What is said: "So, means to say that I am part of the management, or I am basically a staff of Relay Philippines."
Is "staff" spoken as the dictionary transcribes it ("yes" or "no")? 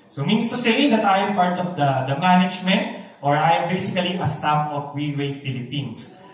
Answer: no